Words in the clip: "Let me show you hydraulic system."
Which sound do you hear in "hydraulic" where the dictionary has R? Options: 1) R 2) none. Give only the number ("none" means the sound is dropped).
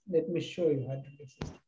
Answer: 2